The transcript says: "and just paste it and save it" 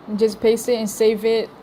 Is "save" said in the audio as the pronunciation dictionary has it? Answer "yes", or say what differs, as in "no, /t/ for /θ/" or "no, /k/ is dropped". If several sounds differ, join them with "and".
yes